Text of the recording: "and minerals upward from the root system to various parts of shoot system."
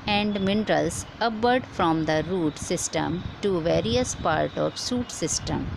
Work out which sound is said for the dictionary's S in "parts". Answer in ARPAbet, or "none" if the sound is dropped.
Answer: none